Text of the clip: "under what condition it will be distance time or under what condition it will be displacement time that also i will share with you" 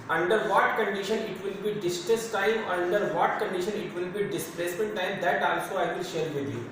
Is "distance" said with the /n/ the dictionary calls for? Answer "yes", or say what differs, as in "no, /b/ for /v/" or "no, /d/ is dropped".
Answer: no, /n/ is dropped